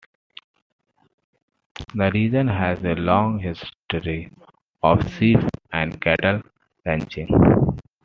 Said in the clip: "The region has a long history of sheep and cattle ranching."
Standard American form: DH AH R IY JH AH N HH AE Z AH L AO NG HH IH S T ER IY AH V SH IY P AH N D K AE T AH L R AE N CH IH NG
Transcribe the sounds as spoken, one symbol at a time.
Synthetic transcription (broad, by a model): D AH R IY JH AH N HH AE Z AH L AO NG HH IH S T ER IY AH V S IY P AH N D K AE T AH L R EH N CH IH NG